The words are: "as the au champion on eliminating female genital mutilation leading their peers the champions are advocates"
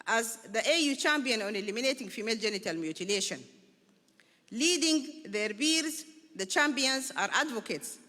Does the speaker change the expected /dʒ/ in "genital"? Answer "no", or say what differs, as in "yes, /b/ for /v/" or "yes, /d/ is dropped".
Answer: no